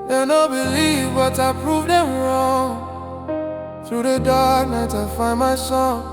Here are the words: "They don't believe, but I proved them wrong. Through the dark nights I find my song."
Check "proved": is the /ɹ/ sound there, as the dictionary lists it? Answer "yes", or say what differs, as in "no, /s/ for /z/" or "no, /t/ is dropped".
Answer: yes